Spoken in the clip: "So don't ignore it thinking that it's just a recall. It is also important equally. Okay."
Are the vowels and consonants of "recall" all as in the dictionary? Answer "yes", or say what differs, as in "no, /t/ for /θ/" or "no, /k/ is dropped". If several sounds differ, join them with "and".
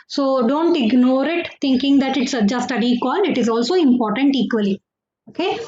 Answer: no, /n/ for /l/